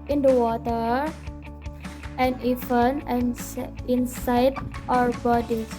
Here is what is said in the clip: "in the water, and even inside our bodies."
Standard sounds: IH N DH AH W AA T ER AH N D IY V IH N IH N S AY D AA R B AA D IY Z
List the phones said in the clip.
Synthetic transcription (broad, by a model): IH N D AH W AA T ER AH N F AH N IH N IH N S AY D AA R B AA D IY